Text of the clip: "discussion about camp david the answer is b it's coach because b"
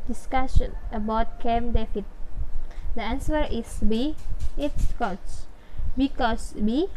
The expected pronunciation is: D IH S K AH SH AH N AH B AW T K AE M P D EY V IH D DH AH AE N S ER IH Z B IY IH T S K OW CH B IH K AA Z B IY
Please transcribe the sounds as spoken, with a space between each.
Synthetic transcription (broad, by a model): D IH S K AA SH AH N AH B AW T K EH M D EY F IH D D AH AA N S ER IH S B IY IH T S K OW S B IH K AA S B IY